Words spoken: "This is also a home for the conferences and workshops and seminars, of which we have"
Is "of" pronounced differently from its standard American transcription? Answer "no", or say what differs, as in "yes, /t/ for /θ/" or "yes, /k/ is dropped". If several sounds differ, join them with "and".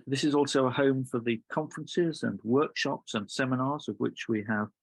no